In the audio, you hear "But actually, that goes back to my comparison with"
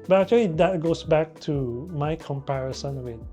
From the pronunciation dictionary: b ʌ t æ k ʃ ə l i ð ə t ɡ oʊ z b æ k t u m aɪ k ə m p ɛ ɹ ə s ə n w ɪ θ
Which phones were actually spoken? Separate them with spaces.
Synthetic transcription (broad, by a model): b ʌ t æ k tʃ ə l i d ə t ɡ oʊ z b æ k t u m aɪ k ə m p ɛ ɹ ə s ə n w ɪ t